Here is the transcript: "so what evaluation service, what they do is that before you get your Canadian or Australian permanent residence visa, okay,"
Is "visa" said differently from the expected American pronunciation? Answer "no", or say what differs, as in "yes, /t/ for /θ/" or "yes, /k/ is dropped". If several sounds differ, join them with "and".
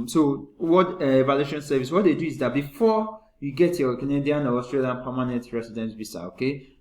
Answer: yes, /b/ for /v/ and /s/ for /z/